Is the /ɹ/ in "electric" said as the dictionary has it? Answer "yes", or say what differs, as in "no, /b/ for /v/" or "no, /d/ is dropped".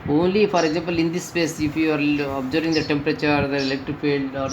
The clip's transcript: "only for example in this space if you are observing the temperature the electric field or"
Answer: no, /ɹ/ is dropped